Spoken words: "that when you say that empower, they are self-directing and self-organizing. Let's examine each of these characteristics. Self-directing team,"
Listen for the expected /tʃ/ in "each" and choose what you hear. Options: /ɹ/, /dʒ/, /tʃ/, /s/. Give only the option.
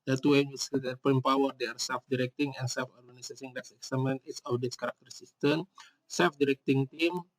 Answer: /s/